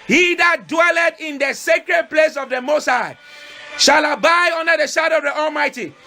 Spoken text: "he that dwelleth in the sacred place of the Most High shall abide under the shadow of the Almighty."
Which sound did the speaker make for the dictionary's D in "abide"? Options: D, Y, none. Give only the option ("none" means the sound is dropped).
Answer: none